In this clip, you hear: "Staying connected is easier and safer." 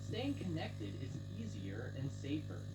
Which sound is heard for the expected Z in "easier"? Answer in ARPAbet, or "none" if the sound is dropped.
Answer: Z